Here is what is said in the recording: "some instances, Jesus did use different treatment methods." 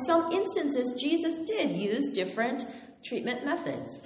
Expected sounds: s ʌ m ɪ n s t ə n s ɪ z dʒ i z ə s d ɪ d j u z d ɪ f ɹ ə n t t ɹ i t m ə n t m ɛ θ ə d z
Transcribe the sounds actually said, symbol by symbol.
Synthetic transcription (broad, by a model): s ʌ m ɪ n s t ə n s ɪ z dʒ i z ə s d ɪ d j u z d ɪ f ɹ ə n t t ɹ i t m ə n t m ɛ θ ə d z